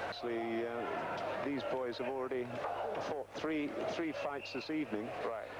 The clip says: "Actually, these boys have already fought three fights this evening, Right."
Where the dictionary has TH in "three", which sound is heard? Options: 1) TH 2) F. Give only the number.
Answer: 1